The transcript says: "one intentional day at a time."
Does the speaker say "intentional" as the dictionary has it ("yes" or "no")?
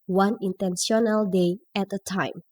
no